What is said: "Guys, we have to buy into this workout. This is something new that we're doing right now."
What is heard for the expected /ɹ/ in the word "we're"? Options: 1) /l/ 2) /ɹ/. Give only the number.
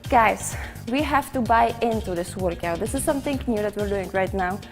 2